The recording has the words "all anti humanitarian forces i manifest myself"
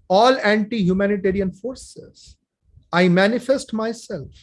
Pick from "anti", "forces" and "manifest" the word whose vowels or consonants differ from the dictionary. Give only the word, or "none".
none